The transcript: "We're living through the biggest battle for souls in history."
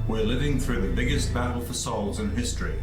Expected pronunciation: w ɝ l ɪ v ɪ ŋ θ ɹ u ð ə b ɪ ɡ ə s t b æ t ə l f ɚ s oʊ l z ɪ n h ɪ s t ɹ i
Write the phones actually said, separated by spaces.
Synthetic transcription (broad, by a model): w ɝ l ɪ v ɪ ŋ θ ɹ u ð ə b ɪ ɡ ə s t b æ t l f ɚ s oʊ l z ɪ n h ɪ s t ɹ i